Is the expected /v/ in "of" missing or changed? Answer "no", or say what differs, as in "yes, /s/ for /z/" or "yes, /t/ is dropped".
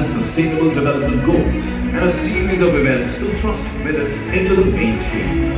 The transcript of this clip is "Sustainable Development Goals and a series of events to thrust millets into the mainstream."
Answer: no